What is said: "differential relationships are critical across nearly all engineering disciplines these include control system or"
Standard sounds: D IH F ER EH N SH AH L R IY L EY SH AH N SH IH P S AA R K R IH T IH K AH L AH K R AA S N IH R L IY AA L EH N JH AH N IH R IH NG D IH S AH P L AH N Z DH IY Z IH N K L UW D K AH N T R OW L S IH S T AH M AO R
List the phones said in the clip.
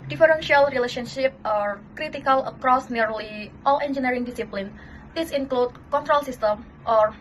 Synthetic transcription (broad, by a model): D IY F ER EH N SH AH L R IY L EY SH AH N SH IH P AA R K R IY T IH K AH L AH K R AA S N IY R L IY AA L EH N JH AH N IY R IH NG D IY S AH P L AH N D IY S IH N K L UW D K AH N T R OW L S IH S T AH M AO R